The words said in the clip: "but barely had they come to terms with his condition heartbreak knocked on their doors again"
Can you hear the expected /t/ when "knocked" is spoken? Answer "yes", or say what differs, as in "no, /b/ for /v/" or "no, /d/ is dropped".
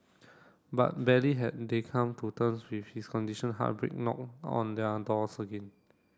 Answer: no, /t/ is dropped